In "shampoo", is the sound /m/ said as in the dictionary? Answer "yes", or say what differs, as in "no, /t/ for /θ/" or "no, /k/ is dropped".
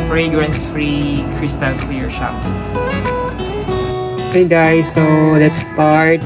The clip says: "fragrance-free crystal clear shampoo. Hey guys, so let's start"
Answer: no, /m/ is dropped